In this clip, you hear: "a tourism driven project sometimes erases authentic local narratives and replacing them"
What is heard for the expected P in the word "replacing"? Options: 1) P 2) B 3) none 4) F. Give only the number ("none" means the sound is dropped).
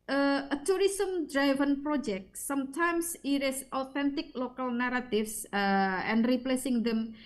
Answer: 1